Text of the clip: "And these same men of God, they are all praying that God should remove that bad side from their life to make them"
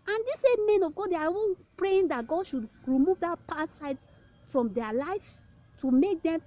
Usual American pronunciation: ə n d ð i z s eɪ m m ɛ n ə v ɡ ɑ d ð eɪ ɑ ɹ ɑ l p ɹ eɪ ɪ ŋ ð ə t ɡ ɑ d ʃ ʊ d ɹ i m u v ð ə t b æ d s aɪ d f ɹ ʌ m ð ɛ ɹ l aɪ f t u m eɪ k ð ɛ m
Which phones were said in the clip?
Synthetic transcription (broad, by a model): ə n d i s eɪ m m ɛ n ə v ɡ ɑ d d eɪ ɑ w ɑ n p ɹ eɪ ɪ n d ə t ɡ ɑ d ʃ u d ɹ i m u v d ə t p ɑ s aɪ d f ɹ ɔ m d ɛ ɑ l aɪ f t u m eɪ k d ɛ m